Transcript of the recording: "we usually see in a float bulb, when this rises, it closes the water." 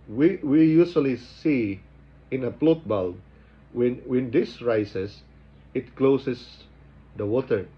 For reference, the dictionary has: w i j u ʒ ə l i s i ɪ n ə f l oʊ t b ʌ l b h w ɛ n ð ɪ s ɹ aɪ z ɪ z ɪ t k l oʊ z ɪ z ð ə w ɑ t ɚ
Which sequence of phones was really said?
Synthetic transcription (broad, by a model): w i j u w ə l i s i ɪ n ə p l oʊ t b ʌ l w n w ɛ n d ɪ s ɹ aɪ s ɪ s ɪ t k l oʊ s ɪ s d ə w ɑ t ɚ